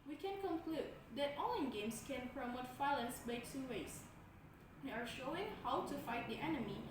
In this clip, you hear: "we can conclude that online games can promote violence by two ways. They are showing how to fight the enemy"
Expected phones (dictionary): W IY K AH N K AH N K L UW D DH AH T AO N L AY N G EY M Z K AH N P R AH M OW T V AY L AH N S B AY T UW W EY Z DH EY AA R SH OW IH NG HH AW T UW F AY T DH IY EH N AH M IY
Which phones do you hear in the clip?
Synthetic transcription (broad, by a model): W IY K AH N K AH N K L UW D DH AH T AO L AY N G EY M S K AH N P R AH M OW T F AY L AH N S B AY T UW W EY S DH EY AA R SH OW IH NG HH AW T UW F AY T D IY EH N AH M IY